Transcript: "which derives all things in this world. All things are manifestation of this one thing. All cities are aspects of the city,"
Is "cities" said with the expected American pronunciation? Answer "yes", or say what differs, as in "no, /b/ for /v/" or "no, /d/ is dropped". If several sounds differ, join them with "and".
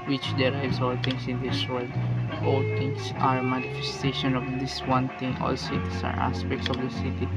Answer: no, /s/ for /z/